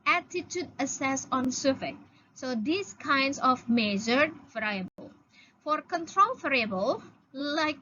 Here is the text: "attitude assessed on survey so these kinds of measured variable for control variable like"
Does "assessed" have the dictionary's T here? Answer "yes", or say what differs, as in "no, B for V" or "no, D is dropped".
no, T is dropped